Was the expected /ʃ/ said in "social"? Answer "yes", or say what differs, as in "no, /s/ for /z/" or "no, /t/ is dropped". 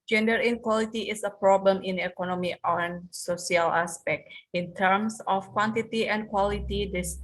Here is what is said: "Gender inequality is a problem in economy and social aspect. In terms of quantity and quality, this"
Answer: no, /s/ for /ʃ/